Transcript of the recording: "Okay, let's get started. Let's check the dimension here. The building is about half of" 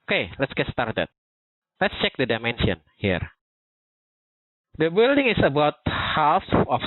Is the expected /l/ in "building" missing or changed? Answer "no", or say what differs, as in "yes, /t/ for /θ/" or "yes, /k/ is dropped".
no